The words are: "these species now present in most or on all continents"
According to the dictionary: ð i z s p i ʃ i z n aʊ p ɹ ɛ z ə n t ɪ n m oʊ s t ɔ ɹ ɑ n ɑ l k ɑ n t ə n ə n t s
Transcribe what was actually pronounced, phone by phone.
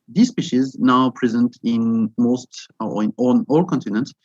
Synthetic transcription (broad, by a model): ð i s p i ʃ i z n aʊ p ɹ ɛ z ə n t ɪ n m oʊ s t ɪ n ɑ n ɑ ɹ k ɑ n t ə n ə n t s